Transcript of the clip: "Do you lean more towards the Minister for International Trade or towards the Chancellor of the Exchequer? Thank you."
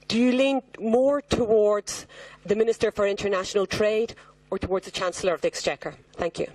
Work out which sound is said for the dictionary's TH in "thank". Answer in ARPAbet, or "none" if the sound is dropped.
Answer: TH